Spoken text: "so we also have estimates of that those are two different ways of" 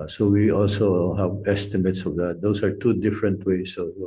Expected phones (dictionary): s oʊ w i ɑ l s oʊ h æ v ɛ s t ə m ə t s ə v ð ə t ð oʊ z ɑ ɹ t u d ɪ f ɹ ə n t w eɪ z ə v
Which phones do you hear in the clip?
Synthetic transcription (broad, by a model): s oʊ w i ɑ l s oʊ h æ v ɛ s t ə m ə t s ə v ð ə t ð oʊ s ɑ ɹ t u d ɪ f ɹ ə n t w eɪ s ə